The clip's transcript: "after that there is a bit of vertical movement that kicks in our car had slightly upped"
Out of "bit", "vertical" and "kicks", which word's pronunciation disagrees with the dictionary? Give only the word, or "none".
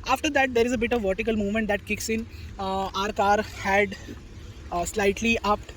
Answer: none